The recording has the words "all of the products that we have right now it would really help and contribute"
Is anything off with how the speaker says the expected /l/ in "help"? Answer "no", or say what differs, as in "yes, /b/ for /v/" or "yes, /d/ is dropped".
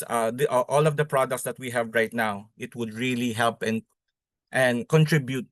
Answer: no